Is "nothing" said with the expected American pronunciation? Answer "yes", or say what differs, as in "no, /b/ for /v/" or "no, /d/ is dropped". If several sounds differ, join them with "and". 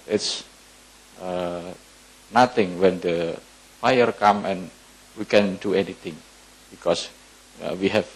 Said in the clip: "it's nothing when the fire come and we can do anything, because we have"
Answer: no, /t/ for /θ/